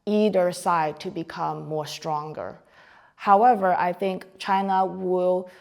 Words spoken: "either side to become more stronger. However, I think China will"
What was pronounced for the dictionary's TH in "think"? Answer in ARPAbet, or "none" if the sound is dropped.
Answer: TH